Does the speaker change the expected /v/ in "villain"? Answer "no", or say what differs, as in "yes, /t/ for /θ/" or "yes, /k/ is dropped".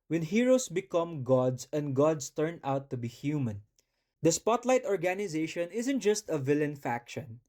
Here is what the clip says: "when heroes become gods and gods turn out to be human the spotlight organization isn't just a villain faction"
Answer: no